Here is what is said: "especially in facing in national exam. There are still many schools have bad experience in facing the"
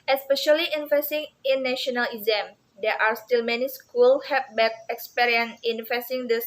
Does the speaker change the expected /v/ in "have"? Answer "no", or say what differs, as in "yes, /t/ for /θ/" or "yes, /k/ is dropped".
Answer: yes, /p/ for /v/